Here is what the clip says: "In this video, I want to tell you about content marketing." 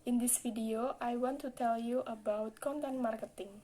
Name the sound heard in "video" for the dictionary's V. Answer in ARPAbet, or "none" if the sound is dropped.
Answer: F